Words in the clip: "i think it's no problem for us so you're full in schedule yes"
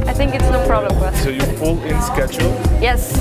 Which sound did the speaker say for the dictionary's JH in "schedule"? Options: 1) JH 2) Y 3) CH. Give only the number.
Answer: 3